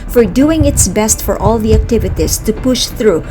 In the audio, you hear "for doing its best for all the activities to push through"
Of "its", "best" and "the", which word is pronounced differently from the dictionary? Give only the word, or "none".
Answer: none